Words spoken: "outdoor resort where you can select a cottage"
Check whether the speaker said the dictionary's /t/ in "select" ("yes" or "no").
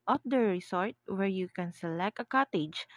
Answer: yes